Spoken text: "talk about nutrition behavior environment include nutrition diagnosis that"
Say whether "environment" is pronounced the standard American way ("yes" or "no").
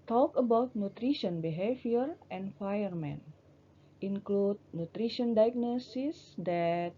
no